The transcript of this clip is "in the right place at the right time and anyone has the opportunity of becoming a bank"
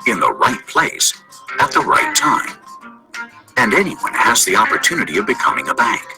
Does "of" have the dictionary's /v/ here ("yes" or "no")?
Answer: yes